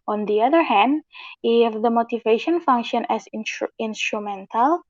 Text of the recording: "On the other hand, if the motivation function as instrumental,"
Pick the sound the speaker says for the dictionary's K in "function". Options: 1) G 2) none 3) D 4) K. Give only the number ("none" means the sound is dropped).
4